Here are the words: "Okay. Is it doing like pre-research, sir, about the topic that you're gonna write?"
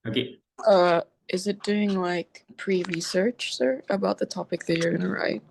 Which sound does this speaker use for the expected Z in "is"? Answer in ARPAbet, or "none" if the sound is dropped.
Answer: Z